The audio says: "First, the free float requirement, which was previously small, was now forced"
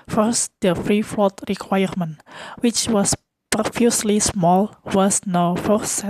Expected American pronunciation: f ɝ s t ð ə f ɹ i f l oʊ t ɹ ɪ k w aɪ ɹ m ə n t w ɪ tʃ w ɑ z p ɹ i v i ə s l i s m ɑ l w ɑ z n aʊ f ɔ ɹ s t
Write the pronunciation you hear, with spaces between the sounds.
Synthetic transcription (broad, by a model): f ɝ s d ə f ɹ i f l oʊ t ɹ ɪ k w aɪ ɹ m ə n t w ɪ tʃ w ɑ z p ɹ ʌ f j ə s l i s m ɑ l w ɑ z n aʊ f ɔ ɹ s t